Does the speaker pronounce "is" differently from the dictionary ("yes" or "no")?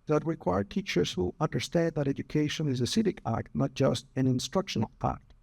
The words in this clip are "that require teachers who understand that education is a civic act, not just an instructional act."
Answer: no